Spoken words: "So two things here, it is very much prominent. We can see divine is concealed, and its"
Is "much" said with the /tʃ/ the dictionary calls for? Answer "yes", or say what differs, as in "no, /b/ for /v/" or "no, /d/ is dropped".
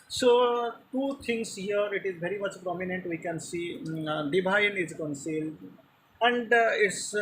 yes